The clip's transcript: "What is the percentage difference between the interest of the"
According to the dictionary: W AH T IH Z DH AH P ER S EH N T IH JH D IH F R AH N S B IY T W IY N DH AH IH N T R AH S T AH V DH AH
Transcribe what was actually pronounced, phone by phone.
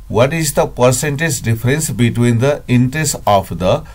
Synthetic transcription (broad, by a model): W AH T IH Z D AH P ER S EH N T IH JH D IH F R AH N S B IY T W IY N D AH IH N T R AH S T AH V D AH